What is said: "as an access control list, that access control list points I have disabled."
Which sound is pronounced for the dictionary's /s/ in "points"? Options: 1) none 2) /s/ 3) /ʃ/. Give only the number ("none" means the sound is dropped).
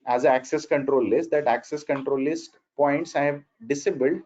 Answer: 2